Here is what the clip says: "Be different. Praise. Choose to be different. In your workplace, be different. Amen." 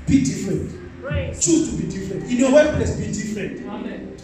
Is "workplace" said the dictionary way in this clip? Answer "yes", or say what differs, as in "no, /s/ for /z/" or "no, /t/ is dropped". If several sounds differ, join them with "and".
no, /k/ is dropped